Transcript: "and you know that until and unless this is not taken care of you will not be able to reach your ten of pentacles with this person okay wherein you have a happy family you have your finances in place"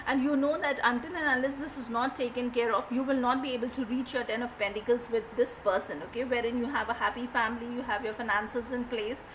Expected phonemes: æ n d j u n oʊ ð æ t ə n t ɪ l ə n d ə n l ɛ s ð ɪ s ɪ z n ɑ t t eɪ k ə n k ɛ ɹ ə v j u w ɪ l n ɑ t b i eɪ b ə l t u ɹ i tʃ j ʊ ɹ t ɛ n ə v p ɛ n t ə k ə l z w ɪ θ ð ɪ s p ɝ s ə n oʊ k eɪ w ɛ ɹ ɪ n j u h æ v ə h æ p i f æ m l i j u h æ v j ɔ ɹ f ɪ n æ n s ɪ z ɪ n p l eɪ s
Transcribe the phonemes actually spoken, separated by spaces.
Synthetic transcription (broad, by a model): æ n d j u n oʊ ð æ t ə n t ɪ n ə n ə l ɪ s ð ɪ s ɪ z n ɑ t t eɪ k ə n k ɛ ɹ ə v j u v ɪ l n ɑ t b i eɪ b ə l t u ɹ i tʃ j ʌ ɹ t ɛ n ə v p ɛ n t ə k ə l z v ɪ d ɪ s p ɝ s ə n oʊ k eɪ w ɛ ɹ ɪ n j u h æ v ə h æ p i f æ m l i j u h æ v j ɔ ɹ f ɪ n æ n s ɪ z ɪ n p l eɪ s